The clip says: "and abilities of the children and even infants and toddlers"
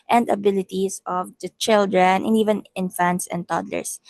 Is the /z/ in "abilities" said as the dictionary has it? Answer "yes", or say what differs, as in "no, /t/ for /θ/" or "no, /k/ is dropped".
no, /s/ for /z/